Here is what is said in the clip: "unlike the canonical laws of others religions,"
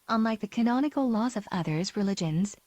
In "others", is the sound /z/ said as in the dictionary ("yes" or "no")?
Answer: yes